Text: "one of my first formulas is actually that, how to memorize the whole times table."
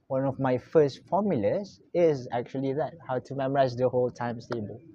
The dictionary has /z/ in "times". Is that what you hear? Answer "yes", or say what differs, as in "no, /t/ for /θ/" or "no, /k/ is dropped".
no, /s/ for /z/